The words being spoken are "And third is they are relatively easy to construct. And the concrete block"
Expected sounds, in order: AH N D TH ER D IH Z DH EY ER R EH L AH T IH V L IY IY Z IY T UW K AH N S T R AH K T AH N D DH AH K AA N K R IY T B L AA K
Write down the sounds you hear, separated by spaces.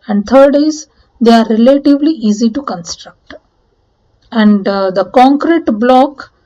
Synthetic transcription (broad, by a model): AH N D T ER D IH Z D EY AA R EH L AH T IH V L IY IY Z IY T UW K AH N S T R AH K T AH N D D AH K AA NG K R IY T B L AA K